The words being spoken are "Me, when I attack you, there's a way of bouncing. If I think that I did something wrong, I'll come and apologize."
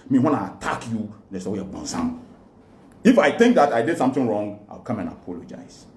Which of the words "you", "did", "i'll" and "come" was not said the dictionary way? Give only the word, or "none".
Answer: i'll